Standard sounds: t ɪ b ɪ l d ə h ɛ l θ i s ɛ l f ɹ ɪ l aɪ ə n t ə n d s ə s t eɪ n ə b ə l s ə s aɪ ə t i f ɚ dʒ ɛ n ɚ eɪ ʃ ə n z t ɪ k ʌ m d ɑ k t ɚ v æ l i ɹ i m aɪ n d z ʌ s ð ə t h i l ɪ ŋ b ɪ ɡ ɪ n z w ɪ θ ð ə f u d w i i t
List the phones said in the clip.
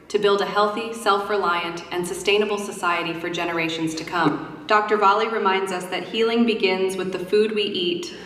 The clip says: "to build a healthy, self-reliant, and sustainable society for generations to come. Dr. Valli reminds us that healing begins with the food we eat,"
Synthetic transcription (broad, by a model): t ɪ b ɪ l d ə h ɛ l θ i s ɛ l f ɹ ɪ l aɪ ə n t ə n s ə s t eɪ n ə b l s ə s aɪ ə t i f ɚ dʒ ɛ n ɚ eɪ ʃ n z t ɪ k ʌ m d ɑ k t ɚ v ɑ l i ɹ i m aɪ n d z ʌ s ð ə t h i l ɪ ŋ b ɪ ɡ ɪ n z w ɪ ð ə f u d w i i t